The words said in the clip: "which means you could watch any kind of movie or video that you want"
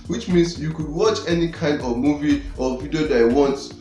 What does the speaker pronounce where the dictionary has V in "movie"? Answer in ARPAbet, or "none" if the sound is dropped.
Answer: V